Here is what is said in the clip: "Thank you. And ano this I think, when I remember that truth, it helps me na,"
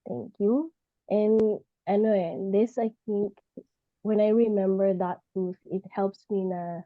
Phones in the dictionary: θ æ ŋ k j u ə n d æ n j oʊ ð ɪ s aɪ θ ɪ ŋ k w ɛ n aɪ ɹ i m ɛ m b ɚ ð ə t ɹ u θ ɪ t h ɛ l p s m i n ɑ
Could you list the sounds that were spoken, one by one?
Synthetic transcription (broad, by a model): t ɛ ŋ k j u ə n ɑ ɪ n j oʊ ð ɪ s aɪ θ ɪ ŋ k w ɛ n aɪ ɹ i m ɛ m b ɚ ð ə t u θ ɪ t h ɛ l p s m i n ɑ